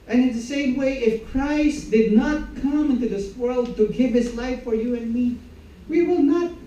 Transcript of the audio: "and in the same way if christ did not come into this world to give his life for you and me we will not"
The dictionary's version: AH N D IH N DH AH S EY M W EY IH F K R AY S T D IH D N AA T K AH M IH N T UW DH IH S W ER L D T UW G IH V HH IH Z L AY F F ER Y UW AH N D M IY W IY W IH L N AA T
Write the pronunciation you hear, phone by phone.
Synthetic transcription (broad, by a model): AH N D IH N DH AH S EY M W EY IH F K R AY S T D IH D N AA T K AH M IH N T UW DH IH S W ER L D T UW G IH V HH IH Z L AY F F ER Y UW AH N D M IY W IY W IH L N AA T